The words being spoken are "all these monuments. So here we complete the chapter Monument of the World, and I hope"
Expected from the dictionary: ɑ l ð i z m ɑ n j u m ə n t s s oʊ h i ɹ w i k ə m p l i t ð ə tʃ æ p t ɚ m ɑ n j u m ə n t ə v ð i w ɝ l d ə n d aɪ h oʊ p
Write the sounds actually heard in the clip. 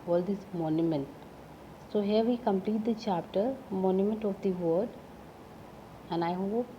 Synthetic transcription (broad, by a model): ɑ l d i s m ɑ n j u m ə n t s s oʊ h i ɹ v i k ə m p l i t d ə tʃ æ p t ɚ m ɑ n j u m ə n t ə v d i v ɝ d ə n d aɪ h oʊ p